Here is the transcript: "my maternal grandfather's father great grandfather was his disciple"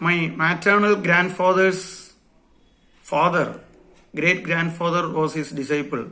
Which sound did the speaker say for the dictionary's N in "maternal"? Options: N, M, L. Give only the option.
N